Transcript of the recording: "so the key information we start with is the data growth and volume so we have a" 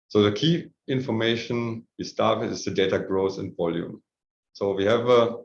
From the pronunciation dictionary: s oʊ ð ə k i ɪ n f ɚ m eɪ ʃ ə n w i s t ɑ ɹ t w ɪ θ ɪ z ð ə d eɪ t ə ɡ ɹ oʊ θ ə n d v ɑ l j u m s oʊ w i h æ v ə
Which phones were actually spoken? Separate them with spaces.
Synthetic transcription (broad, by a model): s oʊ ð ə k i ɪ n f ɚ m eɪ ʃ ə n w i s t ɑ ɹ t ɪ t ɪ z ð ə d eɪ t ə ɡ ɹ oʊ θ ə n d v ɑ l j u m s oʊ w i h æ v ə